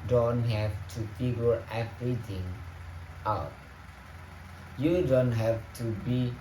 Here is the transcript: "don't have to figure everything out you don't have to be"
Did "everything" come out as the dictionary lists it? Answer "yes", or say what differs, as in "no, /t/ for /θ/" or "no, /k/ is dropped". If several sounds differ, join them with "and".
no, /t/ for /θ/